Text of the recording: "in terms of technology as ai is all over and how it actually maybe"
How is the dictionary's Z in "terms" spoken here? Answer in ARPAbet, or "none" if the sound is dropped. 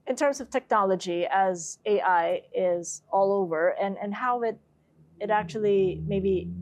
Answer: Z